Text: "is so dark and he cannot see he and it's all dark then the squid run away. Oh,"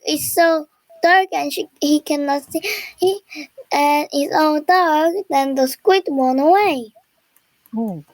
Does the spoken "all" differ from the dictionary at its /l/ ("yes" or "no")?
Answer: yes